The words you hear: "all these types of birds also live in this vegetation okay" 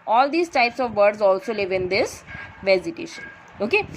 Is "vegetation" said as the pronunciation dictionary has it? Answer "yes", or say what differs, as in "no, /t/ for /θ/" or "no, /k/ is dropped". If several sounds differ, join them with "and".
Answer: no, /z/ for /dʒ/